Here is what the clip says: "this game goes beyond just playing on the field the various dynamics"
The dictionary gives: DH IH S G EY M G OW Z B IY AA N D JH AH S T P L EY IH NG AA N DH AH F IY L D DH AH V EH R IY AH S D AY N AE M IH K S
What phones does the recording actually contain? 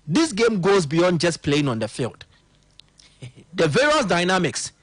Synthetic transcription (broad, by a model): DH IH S G EY M G OW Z B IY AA N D JH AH S P L EY IH NG AA N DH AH F IY L D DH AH V EH R IY AH S D AY N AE M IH K S